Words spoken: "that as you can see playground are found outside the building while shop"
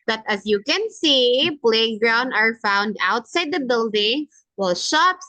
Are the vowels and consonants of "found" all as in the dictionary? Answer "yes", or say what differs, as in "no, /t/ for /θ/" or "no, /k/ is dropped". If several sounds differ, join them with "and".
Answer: yes